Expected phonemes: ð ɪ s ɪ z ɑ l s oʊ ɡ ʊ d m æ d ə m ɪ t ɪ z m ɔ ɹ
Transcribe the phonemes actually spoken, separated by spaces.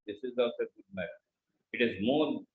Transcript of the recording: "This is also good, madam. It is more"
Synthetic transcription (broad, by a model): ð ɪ s ɪ z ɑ s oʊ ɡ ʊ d m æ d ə ɪ t ɪ z m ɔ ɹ